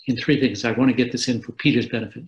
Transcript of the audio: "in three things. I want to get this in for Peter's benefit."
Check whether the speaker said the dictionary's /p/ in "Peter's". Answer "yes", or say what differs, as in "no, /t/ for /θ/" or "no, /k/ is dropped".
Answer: yes